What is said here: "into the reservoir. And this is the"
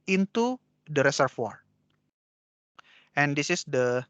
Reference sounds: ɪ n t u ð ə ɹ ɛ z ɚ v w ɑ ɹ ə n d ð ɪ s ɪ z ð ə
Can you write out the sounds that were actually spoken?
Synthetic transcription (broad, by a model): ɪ n t u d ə ɹ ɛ s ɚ f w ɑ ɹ ə n d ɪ s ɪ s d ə